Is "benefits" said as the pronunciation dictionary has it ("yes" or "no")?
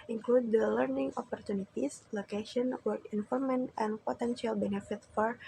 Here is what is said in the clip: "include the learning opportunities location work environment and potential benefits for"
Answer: no